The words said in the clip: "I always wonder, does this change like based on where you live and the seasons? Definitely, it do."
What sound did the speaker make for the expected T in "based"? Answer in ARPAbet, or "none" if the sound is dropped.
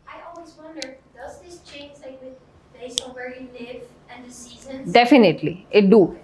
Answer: none